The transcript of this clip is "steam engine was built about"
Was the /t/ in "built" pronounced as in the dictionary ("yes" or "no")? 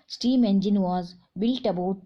yes